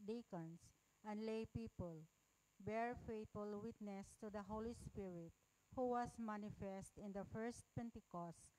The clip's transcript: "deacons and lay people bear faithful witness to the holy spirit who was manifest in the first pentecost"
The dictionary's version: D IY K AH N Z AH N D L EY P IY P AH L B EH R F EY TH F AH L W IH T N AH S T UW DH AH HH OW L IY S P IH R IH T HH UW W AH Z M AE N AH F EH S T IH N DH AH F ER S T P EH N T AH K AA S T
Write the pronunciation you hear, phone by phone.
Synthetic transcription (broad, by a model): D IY K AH N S AH N D L EY P IY P AH L B EH R F EY T F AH L W IH T N AH S T UW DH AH HH OW L IY S P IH R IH T HH UW W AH S M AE N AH F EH S T IH N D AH F ER S T P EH N T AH K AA S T